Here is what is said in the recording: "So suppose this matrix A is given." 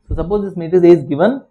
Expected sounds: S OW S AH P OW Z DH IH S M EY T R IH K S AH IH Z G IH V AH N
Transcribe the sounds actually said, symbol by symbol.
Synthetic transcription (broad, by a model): S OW S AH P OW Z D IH S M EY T IH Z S AH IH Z G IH V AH N